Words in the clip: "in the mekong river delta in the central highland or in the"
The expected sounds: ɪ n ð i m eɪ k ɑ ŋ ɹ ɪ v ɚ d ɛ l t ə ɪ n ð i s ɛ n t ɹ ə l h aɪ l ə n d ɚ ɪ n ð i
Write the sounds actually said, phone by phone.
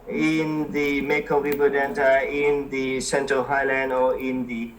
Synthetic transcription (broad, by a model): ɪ n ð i m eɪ k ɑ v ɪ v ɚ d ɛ n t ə ɪ n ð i s ɛ n t ɹ ə l h aɪ l ə n d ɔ ɪ n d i